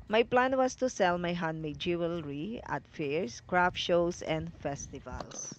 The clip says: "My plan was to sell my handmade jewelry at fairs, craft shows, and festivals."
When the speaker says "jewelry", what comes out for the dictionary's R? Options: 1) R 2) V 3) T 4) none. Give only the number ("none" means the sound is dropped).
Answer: 1